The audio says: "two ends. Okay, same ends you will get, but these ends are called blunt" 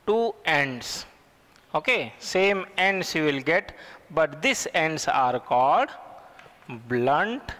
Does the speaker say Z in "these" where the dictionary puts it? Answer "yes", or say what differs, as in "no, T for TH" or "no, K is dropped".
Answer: no, S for Z